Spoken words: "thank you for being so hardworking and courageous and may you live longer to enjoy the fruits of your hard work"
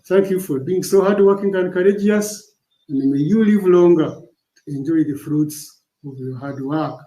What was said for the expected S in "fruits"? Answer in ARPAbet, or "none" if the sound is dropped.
S